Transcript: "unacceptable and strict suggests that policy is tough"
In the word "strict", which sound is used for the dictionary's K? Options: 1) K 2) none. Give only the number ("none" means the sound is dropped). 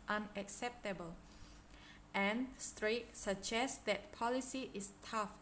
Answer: 2